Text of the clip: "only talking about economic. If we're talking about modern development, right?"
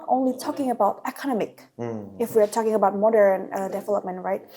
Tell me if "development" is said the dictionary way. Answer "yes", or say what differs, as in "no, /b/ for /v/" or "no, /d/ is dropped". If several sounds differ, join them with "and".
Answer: yes